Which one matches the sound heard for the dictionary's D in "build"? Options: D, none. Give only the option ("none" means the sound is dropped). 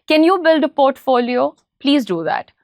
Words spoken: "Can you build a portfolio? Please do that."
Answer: D